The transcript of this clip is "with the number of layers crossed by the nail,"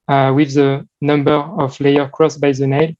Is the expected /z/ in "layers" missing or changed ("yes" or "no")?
yes